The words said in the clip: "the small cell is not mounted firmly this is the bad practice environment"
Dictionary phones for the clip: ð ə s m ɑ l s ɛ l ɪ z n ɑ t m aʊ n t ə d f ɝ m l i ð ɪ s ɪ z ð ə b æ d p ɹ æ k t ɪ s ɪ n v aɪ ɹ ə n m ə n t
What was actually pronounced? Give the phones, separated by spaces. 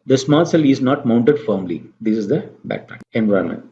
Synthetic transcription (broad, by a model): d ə s m ɑ l s ɛ l ɪ z n ɑ t m aʊ n t ə d f ɝ m l i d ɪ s ɪ z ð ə b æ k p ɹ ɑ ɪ ɪ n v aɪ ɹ m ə n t